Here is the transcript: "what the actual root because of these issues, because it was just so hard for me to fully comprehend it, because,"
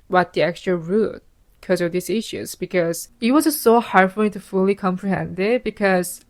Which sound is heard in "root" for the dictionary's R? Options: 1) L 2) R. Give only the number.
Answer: 2